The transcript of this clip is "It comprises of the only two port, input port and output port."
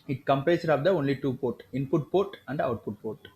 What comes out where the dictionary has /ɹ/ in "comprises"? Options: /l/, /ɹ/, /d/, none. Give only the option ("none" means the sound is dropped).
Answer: none